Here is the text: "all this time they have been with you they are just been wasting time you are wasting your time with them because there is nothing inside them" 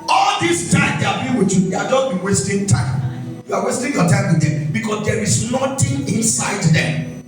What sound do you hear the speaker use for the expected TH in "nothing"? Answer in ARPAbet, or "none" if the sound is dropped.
T